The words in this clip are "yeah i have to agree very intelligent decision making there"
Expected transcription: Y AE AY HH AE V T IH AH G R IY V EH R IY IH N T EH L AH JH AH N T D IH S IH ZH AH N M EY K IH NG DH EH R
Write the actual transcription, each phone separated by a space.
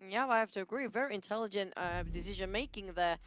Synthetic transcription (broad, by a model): Y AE AY HH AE F T IH AH G R IY V EH R IY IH N T EH L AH JH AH N T D IH S IH ZH AH N M EY K IH NG DH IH